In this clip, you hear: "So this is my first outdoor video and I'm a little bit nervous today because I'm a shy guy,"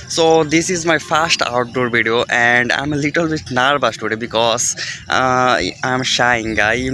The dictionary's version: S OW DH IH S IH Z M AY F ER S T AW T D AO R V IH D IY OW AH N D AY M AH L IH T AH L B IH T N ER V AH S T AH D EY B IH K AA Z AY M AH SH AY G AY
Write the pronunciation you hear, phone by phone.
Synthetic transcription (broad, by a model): S OW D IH S IH Z M AY F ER S T AW T D AO R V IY D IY OW AH N D AY M AH L IH T AH L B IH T N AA B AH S T AH D EY B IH K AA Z AY M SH AY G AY